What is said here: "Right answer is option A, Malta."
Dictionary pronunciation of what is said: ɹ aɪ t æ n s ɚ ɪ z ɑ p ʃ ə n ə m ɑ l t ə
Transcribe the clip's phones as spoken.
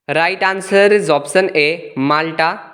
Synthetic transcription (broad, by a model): ɹ aɪ t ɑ n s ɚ ɪ z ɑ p s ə n ə m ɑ l t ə